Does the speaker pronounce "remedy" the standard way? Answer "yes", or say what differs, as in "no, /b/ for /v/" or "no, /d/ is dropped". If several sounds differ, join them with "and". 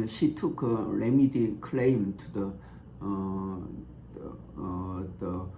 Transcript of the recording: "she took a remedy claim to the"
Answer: yes